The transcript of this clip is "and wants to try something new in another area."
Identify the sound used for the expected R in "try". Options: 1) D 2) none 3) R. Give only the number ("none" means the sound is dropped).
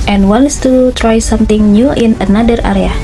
3